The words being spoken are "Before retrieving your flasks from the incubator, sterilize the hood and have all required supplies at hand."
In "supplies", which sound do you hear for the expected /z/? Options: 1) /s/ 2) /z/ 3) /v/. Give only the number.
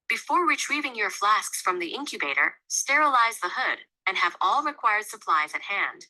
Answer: 2